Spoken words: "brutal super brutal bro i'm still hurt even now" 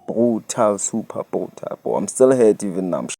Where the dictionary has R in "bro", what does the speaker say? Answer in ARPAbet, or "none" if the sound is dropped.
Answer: none